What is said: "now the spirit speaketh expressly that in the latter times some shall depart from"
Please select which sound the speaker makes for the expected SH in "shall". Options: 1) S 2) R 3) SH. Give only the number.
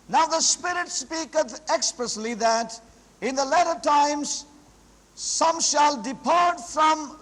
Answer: 3